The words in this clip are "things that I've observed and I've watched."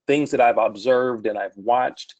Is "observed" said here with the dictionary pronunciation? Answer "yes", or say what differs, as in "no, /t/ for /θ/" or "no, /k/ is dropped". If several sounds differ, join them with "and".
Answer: yes